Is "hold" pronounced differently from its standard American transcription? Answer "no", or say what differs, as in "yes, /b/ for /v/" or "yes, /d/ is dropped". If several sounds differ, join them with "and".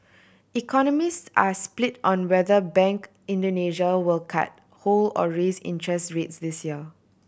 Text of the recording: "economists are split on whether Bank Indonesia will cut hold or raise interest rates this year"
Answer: yes, /d/ is dropped